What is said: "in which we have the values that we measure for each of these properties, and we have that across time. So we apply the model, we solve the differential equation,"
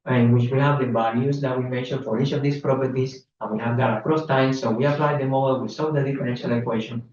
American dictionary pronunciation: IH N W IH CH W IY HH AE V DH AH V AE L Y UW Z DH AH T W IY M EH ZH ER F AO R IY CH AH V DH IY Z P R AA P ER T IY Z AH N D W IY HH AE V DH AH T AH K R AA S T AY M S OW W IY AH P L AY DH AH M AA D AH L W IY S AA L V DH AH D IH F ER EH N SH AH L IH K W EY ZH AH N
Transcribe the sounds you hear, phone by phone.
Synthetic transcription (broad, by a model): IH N W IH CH W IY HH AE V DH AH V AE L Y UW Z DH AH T W IY M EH SH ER F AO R IY CH AH V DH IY S P R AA P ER T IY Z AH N W IY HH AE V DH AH T AH K R AA S T AY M S OW W IY AH P L AY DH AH M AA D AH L W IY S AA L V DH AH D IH F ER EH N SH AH L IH K W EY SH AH N